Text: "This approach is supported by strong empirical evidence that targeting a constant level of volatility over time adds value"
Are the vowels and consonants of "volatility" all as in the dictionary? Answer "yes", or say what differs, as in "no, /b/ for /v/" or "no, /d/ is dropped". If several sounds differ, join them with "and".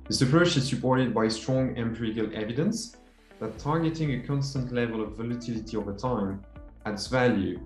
yes